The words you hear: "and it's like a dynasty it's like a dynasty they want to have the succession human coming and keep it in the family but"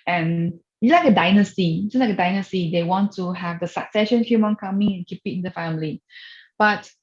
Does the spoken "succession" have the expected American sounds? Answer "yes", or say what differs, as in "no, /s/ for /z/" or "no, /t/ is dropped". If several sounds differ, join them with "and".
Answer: yes